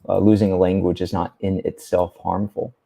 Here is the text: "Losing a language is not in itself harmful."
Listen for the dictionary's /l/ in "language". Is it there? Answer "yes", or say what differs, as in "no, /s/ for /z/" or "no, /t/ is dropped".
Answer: yes